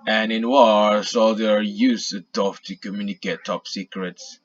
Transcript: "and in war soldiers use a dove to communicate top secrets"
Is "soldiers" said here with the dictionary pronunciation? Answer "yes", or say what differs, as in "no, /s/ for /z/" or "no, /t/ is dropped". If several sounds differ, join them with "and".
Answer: no, /z/ is dropped